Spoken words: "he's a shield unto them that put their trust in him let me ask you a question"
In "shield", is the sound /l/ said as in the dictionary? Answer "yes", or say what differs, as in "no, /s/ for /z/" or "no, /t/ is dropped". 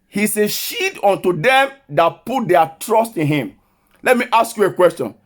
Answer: no, /l/ is dropped